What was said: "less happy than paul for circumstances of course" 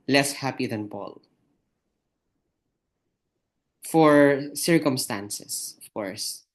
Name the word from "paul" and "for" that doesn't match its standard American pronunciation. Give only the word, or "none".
paul